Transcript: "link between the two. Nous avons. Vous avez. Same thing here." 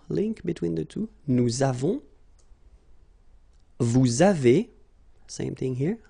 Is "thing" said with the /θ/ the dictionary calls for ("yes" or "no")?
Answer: yes